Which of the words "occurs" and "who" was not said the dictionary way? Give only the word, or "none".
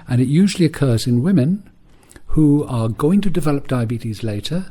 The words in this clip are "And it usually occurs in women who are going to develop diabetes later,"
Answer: none